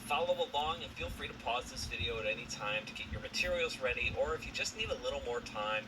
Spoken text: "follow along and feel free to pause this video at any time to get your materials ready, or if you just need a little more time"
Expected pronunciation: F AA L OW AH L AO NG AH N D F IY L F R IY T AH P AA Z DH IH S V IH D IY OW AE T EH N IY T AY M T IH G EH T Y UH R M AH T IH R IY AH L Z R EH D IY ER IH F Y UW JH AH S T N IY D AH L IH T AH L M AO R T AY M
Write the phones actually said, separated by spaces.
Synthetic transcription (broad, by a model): F AA L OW AH L AO NG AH N F IY L F R IY T AH P AA Z DH IH S V IH D IY OW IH T EH N IY T AY M T IH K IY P Y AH R M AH T IH R IY L Z R EH D IY ER IH F Y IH JH AH S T N IY D AH L IH T L M AO R T AY M